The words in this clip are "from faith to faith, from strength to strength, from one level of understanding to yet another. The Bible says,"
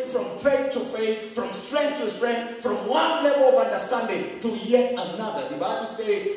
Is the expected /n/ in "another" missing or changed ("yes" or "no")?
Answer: no